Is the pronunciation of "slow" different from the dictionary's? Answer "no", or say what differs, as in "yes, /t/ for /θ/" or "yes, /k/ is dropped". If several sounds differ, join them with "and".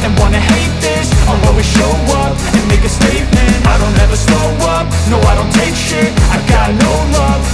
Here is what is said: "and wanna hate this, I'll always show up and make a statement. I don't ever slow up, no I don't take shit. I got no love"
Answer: yes, /l/ is dropped